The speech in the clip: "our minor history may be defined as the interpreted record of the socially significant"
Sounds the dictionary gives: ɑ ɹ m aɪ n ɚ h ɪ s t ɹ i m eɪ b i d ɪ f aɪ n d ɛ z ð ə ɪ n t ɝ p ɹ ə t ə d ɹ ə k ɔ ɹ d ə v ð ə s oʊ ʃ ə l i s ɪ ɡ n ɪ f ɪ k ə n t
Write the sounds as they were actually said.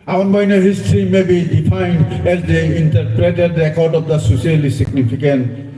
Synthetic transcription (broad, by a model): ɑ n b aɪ n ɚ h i s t ɹ i m eɪ b i d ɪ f aɪ n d ɛ z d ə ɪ n t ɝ p ɹ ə t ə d ɹ ə k ɔ ɹ d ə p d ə s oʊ s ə l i s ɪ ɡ n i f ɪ k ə n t